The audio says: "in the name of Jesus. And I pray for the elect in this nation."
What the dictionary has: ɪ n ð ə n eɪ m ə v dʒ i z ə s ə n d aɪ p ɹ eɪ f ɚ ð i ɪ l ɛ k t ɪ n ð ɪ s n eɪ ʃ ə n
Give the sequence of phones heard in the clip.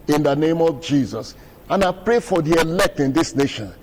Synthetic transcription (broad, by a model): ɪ n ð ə n eɪ m ə v dʒ i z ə s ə n aɪ p ɹ eɪ f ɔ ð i ɪ l ɛ k t ɪ n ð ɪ s n eɪ ʃ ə n